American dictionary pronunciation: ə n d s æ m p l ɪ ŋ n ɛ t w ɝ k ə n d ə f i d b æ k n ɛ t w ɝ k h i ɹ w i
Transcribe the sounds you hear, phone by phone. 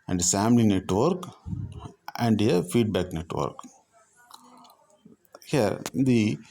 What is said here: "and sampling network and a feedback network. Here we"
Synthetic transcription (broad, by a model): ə n d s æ m l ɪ n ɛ t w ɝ k ə n d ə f i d b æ k n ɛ t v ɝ k h i ɹ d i